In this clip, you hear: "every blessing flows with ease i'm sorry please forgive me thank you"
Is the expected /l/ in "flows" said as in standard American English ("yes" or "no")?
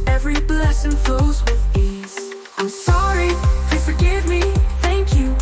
no